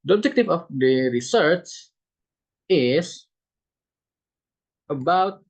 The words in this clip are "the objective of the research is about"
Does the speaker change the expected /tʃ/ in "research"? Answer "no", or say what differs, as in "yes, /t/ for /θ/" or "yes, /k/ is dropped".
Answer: yes, /s/ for /tʃ/